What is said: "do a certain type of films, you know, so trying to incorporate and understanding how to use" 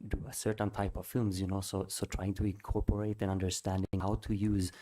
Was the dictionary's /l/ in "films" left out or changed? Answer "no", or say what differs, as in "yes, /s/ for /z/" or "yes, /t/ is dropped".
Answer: no